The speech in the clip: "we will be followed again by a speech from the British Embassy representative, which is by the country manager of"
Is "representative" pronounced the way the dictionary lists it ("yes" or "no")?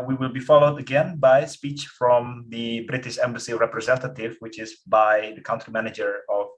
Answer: yes